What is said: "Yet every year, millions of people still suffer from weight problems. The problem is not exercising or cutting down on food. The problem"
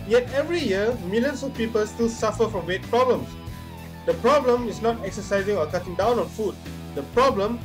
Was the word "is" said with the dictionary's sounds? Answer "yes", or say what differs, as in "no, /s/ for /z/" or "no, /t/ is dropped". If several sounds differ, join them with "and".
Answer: no, /s/ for /z/